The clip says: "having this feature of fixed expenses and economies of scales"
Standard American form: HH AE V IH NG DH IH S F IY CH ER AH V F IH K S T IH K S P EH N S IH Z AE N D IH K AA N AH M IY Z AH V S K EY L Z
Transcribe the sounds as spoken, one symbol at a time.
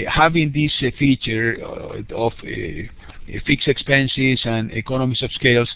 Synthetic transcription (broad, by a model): HH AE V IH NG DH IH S F IY CH ER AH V F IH K S IH K S P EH N S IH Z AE N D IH K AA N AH M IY S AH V S K EY L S